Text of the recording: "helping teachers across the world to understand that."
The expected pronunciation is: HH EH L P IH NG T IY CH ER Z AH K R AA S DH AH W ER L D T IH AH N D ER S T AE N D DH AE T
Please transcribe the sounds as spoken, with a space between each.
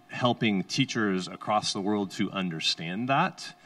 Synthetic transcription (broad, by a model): HH EH L P IH NG T IY CH ER Z AH K R AA S DH AH W ER L D T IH AH N D ER S T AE N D DH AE T